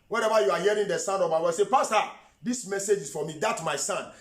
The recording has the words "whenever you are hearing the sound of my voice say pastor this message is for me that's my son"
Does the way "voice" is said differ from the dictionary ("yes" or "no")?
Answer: yes